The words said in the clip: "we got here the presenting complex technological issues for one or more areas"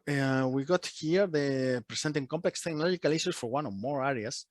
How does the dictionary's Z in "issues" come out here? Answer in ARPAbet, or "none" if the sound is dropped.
S